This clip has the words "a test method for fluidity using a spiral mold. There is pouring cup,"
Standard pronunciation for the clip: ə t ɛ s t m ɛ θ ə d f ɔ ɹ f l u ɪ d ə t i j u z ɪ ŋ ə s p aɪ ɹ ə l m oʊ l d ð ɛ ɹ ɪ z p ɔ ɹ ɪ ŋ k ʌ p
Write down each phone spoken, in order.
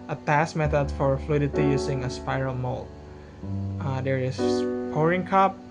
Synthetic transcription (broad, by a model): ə t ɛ s m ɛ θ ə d f ɔ ɹ f l u ɪ d ə t i j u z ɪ ŋ ə s p aɪ ɹ ə l m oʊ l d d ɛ ɹ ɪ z p ɔ ɹ ɪ ŋ k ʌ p